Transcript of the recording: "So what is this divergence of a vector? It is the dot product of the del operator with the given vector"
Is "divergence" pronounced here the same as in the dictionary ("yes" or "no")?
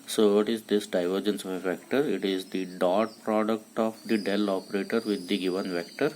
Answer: yes